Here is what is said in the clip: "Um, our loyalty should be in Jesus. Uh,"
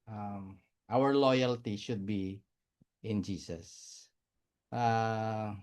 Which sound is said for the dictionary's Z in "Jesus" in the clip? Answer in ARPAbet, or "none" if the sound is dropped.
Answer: S